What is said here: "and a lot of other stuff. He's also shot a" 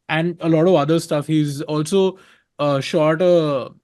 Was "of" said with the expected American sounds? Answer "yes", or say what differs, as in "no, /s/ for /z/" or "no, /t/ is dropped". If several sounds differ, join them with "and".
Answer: yes